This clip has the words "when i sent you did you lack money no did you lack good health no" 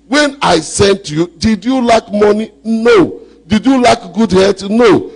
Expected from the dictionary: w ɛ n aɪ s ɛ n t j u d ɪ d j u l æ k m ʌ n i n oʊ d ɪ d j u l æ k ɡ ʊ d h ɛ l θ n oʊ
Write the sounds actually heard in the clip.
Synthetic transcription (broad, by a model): w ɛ n aɪ s ɛ n t j u d ɪ d j u l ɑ k m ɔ n i n oʊ d ɪ d j u l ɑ k ɡ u d h ɛ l t n oʊ